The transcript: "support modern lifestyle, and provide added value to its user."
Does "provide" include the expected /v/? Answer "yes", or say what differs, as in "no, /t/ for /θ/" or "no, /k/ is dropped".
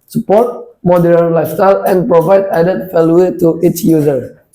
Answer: yes